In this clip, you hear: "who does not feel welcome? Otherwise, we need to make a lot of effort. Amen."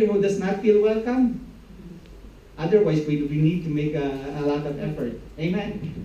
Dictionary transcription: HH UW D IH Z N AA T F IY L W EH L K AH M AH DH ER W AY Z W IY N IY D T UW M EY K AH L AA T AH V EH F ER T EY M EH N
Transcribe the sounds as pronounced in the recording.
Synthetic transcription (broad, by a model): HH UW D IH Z N AA T F IY L W EH L K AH M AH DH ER W AY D W IY N IY D T UW M EY K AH L AA T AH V EH F ER T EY M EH N